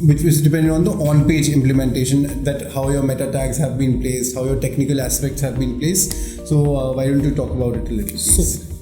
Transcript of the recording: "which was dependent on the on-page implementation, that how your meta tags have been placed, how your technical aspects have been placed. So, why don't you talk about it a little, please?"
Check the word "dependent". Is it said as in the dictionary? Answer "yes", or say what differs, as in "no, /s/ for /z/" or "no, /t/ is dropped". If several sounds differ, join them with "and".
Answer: no, /t/ is dropped